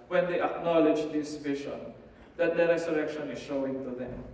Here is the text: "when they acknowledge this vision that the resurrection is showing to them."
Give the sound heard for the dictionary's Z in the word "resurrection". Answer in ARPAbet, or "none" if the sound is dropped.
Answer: S